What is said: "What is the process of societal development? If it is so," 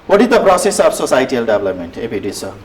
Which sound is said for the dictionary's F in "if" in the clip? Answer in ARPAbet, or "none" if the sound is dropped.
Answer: P